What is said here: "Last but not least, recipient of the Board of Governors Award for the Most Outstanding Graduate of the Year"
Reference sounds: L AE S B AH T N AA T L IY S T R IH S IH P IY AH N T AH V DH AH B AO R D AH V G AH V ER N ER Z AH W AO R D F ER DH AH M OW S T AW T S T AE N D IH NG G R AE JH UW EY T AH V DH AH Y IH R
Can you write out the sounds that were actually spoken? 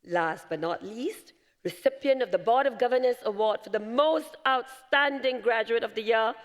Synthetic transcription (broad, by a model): L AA S B AH T N AA T L IY S T R IH S IH P IY AH N T AH V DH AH B AO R D AH V G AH V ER N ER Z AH W AO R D F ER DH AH M OW S T AW T S T AE N D IH NG G R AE JH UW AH T AH V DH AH Y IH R